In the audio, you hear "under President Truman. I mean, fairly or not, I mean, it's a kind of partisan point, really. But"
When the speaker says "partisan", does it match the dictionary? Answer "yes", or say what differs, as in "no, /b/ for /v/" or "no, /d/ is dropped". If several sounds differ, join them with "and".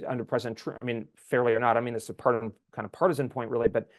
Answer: yes